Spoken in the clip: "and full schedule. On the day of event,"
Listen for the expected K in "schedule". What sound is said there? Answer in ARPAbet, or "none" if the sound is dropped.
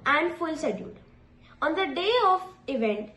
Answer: none